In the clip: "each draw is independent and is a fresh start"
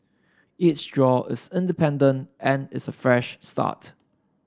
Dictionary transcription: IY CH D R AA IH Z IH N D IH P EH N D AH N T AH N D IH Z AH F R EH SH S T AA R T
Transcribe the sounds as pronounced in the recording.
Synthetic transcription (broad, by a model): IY S D R AA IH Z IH N D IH P EH N D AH N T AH N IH S AH F R EH SH S T AA T